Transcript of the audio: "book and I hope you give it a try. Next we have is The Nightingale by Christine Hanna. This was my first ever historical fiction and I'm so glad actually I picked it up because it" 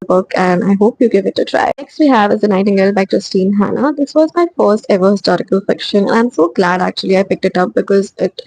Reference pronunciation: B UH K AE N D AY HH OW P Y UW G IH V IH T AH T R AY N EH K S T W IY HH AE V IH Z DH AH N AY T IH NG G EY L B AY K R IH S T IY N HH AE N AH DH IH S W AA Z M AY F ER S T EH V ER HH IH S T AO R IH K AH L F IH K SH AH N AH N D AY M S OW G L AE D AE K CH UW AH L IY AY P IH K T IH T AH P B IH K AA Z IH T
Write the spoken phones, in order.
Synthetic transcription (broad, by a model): B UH K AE N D AY HH OW P Y UW G IH V IH T AH T R AY N EH K S T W IY HH AE V IH Z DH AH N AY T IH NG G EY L B AY K R IH S T IY N HH AE N AH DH IH S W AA Z M AY F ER S T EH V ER HH IH S T AO R IH K AH L F IH K SH AH N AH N AY M S OW G L AE D AE K CH UW AH L IY AY P IH K T IH T AH P B IH K AA Z IH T